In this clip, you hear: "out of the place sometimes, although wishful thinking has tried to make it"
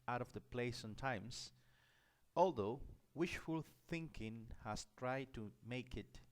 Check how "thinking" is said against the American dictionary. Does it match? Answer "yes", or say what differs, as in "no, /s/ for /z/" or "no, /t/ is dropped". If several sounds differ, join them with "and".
yes